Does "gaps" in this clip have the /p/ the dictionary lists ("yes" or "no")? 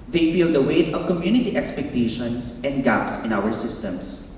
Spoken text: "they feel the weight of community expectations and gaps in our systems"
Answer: yes